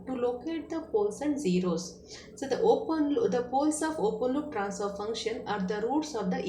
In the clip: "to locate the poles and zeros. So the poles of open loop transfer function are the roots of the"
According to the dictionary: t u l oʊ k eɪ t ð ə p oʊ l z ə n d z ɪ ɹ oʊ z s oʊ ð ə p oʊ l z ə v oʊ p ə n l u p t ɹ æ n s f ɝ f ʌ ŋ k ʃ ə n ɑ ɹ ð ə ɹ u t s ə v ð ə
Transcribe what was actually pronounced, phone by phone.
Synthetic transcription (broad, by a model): t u l oʊ k eɪ t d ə p oʊ l s ə n d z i ɹ oʊ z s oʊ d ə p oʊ l s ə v oʊ p ə n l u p t ɹ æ n s ɝ f ʌ ŋ k ʃ ə n ɑ ɹ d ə ɹ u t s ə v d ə